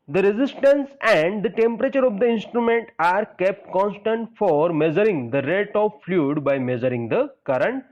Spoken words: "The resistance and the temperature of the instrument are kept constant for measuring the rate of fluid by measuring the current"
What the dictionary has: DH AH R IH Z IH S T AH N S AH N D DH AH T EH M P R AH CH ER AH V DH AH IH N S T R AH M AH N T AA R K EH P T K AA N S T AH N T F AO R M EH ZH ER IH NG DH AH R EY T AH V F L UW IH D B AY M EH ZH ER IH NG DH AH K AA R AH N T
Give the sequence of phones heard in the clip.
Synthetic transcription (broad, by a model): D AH R IH Z IH S T AH N S AH N D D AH T EH M P R AH CH ER AH V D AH IH N S T R AH M AH N T AA R K EH P T K AA N S T AH N T F AO R M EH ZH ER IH NG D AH R EY T AH V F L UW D B AY M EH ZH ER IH NG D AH K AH R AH N T